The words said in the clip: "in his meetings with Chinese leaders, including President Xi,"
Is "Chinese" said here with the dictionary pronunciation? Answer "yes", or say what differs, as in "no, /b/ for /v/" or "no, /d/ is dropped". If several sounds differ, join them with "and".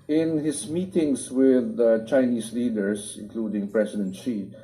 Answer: no, /s/ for /z/